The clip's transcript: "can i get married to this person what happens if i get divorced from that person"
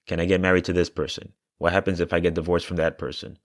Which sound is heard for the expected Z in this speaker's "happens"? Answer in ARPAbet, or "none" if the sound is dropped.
Z